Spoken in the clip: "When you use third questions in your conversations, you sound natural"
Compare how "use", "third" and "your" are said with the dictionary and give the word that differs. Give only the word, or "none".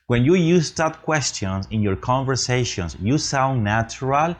third